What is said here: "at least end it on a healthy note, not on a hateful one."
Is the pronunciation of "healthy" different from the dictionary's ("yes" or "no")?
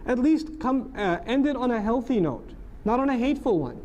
no